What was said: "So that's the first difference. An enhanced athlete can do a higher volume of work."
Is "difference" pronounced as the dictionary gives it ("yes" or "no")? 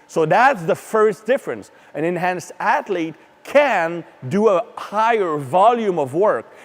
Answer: yes